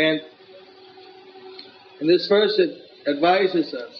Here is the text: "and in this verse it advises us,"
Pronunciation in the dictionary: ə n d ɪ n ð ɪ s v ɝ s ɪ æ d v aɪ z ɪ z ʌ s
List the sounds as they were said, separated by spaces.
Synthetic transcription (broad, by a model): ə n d ɪ n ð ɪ s f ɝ s ɪ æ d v aɪ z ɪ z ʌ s